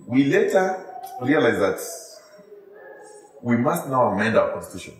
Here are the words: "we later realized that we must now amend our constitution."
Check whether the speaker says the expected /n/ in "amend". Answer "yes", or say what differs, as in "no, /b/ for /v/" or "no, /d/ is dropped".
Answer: yes